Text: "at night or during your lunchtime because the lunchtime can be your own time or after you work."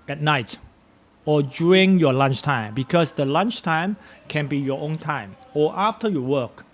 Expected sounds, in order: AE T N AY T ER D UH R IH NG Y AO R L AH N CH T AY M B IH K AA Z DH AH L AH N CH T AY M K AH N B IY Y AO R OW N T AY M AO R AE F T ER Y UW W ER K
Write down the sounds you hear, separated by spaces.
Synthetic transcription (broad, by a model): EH T N AY T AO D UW R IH NG Y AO L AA N CH T AY M B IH K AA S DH AH L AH N CH T AY M K AH N B IY Y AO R OW N T AY M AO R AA F T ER Y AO W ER K